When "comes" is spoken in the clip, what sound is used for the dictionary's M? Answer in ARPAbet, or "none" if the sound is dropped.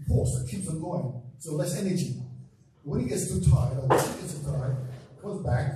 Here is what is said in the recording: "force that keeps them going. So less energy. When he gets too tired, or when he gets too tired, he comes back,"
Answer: none